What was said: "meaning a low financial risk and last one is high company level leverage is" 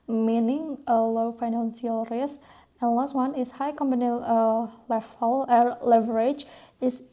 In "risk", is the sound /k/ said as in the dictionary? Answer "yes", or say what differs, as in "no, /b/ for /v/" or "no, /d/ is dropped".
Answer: no, /k/ is dropped